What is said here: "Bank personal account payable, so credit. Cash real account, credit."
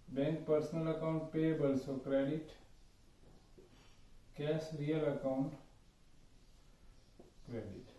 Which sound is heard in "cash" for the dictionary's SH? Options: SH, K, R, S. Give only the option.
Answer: S